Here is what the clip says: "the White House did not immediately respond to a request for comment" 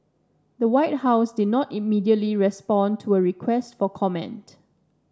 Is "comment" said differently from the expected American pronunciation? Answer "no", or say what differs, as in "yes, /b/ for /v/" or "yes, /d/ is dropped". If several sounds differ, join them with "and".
no